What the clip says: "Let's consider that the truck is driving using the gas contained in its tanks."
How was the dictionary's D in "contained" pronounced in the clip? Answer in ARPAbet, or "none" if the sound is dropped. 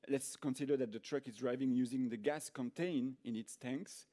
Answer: none